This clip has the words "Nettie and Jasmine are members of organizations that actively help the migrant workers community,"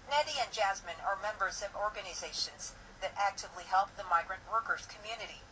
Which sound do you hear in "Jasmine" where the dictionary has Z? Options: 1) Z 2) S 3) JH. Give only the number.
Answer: 1